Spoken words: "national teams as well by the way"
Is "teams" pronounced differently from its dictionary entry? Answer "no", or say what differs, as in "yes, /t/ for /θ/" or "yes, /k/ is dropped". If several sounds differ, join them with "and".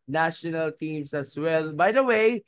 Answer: yes, /s/ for /z/